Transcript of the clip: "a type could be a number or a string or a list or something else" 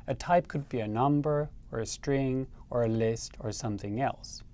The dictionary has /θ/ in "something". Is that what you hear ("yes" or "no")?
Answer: yes